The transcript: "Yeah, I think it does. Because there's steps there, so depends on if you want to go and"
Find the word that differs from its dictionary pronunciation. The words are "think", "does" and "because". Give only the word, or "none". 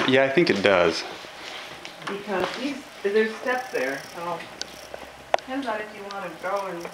none